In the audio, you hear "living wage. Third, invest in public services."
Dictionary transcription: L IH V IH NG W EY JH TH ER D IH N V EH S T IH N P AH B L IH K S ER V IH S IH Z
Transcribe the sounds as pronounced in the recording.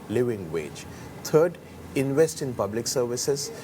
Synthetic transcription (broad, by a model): L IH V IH NG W EY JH T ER D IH N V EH S T IH N P AH B L IH K S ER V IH S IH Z